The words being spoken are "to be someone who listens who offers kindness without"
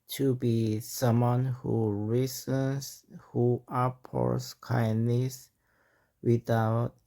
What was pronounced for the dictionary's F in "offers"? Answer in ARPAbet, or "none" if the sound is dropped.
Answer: P